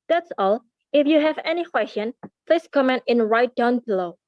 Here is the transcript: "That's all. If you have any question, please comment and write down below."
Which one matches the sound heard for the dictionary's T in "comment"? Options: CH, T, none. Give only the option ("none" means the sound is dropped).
T